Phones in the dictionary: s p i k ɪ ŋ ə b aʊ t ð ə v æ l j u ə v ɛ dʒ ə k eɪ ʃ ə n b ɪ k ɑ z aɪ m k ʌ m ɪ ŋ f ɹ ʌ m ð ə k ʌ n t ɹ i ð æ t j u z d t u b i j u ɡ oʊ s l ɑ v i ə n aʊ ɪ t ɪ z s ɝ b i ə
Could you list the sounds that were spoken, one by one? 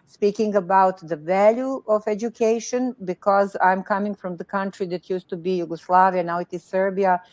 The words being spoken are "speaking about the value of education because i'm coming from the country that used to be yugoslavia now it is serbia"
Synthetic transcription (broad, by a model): s p i k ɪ ŋ ə b aʊ t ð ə v æ l j u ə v ɛ dʒ ə k eɪ ʃ ə n b ɪ k ɑ z aɪ m k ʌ m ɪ ŋ f ɹ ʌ m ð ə k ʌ n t ɹ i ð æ t j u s t u b i j u ɡ oʊ s l ɑ v i ə n aʊ ɪ t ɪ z s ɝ b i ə